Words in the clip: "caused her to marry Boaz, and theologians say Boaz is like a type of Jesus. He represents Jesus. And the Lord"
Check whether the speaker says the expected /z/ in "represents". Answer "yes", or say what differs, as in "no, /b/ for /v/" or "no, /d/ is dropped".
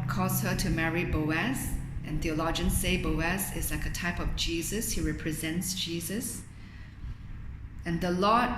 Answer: yes